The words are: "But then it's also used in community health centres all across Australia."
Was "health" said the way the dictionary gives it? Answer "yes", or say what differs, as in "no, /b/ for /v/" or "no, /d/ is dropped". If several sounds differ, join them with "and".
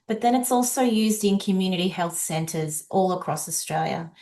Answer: yes